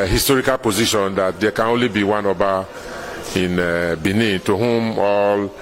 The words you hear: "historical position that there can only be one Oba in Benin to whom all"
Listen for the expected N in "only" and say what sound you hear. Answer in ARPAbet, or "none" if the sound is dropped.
N